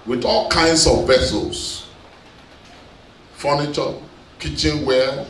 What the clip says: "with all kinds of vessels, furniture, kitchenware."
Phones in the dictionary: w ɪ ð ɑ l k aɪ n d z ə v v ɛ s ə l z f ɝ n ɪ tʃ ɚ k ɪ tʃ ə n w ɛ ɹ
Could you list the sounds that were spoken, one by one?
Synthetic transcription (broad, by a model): w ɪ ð ɑ l k aɪ n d s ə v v ɛ s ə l s f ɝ n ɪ tʃ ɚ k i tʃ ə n w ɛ